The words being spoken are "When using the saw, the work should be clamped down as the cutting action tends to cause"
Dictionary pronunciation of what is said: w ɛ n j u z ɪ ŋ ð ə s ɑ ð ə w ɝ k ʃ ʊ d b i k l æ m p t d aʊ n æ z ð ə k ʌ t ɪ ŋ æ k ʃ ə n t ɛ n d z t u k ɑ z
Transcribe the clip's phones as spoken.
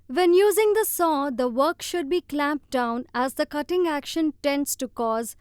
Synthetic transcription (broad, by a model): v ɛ n j u z ɪ ŋ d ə s ɑ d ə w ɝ k ʃ ʊ d b i k l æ m p d aʊ n æ z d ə k ʌ t ɪ ŋ æ k ʃ ə n t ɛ n d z t u k ɑ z